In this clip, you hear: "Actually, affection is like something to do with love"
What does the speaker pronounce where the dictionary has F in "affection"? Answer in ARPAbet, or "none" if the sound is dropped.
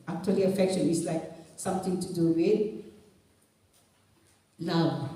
F